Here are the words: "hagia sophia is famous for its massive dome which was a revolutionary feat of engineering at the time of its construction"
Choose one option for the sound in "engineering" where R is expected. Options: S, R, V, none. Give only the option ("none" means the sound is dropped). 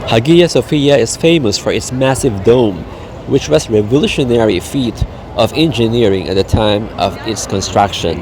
R